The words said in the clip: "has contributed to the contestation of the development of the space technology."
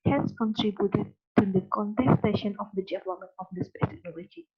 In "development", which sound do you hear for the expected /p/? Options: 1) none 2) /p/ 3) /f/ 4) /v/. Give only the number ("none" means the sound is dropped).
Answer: 1